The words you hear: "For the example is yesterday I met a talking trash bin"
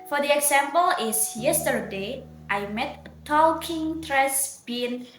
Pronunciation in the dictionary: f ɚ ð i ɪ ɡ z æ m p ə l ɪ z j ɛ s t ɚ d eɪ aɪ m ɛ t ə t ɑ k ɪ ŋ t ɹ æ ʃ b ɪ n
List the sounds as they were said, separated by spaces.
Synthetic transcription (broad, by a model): f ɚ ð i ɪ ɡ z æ m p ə l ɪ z j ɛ s t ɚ d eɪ aɪ m ɛ t ə t ɑ k ɪ ŋ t ɹ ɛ s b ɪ n